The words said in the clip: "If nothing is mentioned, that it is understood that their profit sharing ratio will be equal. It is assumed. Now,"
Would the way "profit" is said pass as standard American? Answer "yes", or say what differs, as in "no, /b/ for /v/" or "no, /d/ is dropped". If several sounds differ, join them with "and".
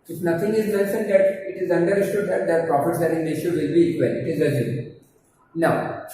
no, /p/ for /f/